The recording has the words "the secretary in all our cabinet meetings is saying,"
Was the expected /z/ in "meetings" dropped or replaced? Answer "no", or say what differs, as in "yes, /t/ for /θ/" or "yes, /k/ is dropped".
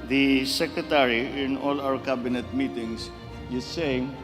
yes, /s/ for /z/